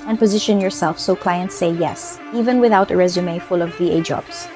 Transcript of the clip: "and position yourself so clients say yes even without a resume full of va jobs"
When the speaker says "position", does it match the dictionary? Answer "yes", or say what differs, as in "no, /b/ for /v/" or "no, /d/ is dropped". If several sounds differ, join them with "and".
yes